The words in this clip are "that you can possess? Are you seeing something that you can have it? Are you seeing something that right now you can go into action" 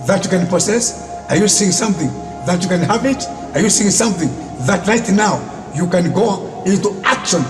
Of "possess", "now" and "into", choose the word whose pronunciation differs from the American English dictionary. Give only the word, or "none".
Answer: possess